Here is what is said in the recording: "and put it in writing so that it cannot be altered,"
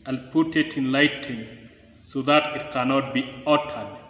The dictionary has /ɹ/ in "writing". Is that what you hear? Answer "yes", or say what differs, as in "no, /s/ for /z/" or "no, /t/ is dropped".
no, /l/ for /ɹ/